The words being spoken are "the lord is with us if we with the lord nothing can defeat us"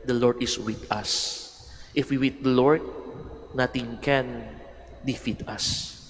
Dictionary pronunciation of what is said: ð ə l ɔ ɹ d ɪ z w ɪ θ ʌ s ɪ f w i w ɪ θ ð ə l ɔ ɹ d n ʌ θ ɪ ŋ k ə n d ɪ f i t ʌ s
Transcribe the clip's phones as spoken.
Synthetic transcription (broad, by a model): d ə l ɔ ɹ d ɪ s w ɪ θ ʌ s ɪ f w i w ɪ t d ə l ɔ ɹ d n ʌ t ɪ ŋ k ə n d ɪ f i t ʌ s